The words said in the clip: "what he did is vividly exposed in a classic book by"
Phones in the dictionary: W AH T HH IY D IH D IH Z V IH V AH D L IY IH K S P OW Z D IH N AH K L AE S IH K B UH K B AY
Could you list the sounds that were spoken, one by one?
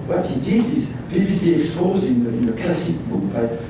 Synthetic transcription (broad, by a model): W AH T HH IY D IH D IH Z B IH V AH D IY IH K S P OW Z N IH N AH K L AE S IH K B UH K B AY